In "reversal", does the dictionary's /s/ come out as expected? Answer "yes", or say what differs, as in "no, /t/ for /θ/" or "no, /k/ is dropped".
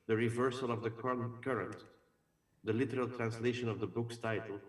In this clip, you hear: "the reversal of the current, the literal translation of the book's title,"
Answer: yes